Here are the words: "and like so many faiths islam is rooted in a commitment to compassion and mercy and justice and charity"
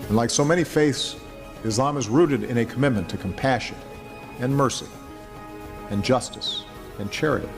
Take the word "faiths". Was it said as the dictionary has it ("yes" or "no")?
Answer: yes